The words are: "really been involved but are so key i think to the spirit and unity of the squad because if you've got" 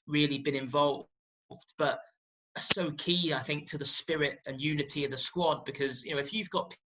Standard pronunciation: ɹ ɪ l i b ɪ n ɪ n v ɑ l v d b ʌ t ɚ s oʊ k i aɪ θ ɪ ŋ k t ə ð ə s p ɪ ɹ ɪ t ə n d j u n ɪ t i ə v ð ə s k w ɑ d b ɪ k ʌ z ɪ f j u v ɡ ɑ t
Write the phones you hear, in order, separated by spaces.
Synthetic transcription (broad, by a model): ɹ ɪ l i b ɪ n ɪ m v ɑ l v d b ʌ t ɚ s oʊ k i aɪ θ ɪ ŋ k t ə ð ə s p ɪ ɹ ɪ t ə n j u n ɪ t i ə v ð ə s k w ɑ d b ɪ k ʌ z ɪ f j u v ɡ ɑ t